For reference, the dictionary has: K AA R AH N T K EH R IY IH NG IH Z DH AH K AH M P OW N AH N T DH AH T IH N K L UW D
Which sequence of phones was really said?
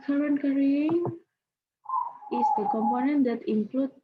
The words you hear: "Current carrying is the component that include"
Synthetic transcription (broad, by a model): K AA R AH N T K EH R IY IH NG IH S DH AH K AH M P OW N AH N T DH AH T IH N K L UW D